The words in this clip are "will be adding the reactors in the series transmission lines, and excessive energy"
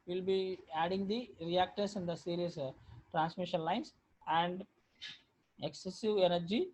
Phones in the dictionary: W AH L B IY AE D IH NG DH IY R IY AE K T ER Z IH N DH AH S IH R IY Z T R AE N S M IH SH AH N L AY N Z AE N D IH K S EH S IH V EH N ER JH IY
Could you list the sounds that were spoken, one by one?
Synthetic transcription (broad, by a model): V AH L B IY AE D IH NG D IY R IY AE K T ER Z IH N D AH S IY R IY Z T R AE N S M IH SH AH N L AY N S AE N D IH K S EH S IH V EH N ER JH IY